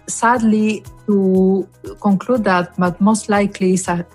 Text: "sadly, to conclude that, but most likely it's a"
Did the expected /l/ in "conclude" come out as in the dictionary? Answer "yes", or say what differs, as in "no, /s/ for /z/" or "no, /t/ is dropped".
yes